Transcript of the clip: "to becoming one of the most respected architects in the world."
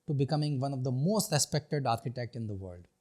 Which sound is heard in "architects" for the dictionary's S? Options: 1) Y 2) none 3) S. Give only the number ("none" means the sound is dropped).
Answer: 2